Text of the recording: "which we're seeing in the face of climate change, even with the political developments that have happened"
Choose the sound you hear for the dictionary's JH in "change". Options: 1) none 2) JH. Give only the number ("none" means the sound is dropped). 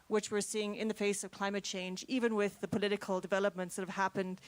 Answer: 2